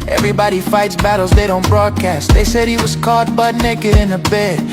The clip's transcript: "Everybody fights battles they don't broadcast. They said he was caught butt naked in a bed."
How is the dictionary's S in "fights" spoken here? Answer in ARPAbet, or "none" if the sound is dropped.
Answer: S